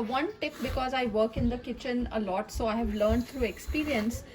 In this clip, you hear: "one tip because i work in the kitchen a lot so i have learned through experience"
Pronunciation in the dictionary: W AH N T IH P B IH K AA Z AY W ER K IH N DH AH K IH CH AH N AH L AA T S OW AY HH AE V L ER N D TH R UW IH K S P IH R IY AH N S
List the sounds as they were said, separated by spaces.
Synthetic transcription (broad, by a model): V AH N T IH P B IH K AA Z AY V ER K IH N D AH K IH CH AH N AH L AA T S OW AY HH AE V L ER N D T R UW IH K S P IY R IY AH N S